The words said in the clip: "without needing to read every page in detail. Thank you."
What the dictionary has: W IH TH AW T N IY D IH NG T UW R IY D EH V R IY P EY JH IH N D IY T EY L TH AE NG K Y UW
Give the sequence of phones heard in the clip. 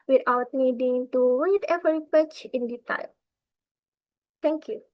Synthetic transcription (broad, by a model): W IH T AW T N IY D IH NG T UW W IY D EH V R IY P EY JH IH N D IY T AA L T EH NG K Y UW